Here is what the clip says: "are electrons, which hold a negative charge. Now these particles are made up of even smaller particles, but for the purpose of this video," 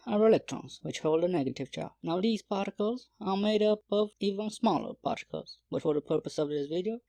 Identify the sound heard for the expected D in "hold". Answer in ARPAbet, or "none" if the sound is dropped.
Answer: D